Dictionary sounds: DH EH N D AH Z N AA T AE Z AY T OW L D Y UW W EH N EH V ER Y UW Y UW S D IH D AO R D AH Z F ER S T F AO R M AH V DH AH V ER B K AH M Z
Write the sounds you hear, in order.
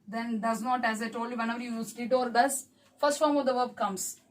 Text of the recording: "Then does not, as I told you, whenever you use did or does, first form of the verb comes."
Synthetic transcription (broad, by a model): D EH N D AH Z N AA T AE Z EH T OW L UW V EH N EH V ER Y UW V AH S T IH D AO R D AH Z F ER S T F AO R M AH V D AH V ER B K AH M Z